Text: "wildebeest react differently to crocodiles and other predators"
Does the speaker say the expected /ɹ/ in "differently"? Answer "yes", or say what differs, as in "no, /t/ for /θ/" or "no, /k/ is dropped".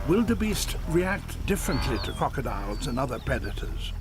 yes